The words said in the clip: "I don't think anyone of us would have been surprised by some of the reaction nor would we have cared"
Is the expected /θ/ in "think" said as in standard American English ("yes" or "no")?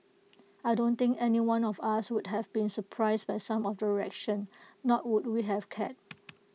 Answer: no